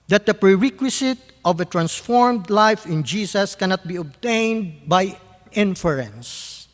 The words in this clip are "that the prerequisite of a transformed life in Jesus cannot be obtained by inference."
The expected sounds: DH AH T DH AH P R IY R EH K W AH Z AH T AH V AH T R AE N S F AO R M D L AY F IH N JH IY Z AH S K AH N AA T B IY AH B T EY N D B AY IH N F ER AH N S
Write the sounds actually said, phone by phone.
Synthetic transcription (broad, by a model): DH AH T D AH P R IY R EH K W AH S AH T AH V AH T R AE N S F AO R M D L AY F IH N JH IY S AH S K AH N AA T B IY AH B T EY N D B AY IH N F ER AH N S